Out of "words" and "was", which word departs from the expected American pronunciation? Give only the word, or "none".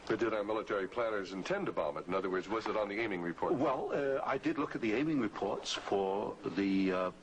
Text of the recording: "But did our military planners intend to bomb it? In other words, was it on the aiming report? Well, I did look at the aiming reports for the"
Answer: none